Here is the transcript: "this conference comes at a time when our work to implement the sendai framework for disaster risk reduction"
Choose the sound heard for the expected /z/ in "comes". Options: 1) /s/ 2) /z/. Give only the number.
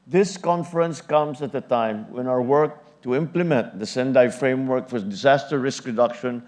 1